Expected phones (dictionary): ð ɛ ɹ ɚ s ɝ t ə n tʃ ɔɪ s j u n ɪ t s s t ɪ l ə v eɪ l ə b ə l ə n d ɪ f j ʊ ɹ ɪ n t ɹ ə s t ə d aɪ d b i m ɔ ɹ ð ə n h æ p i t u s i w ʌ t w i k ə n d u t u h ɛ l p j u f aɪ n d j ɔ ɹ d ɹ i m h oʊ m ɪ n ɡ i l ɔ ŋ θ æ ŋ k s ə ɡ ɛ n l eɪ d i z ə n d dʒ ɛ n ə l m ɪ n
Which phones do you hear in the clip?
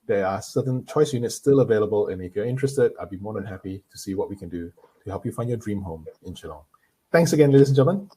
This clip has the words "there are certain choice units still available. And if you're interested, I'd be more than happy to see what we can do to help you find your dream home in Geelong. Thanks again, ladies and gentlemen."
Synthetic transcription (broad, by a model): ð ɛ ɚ s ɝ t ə n tʃ ɔɪ s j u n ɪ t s s t ɪ l ə v eɪ l ə b ə l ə n ɪ f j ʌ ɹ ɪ n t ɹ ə s t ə d aɪ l b i m ɔ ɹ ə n h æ p i t u s i w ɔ t w i k ə n d u t u h ɛ l p j u f aɪ n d j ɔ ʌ d ɹ i m h oʊ m ɪ n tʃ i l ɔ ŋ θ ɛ ŋ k s ə ɡ ɛ n l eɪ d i s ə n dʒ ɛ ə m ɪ n